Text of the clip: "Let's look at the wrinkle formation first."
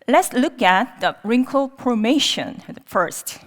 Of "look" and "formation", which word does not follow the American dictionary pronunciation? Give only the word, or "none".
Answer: formation